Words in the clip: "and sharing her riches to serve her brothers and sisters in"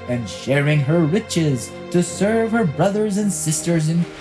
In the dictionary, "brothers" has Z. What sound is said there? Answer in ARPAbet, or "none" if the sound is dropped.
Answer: Z